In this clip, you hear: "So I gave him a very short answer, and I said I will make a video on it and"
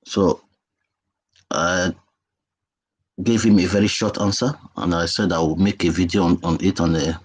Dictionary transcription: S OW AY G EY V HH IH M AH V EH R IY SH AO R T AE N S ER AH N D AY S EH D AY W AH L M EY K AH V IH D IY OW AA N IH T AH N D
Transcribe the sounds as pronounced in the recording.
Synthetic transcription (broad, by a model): S OW AY G EY V HH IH M AH V EH R IY SH AO T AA N S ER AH N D AY S EH D AY W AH M EY K AH V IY D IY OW AA N IH T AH N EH